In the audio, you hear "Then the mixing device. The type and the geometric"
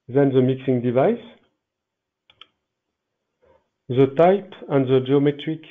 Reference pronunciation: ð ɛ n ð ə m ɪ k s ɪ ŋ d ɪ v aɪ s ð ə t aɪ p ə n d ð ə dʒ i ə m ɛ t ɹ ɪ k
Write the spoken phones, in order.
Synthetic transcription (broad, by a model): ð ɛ n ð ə m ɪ k s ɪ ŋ d ɪ v aɪ s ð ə t aɪ p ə n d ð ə dʒ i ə m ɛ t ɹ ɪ k